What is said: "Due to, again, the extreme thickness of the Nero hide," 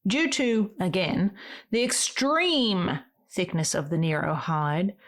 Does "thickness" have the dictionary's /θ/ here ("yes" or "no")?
yes